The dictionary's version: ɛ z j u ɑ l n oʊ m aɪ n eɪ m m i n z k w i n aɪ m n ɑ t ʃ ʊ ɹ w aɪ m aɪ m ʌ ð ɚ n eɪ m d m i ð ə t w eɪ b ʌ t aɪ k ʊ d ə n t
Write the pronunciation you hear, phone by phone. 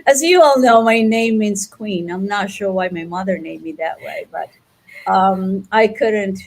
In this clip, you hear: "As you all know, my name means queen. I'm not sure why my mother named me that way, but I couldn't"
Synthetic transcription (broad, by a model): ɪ z j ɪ ɑ l n oʊ m aɪ n eɪ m m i n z k w i n aɪ m n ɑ t ʃ ʊ ɹ w aɪ m aɪ m ʌ ð ɚ n eɪ d m i ð ə t w eɪ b ʌ t aɪ k ʊ d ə n t